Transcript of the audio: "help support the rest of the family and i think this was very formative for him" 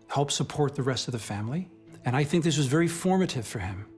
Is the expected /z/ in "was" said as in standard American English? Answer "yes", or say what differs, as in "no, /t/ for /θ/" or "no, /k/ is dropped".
yes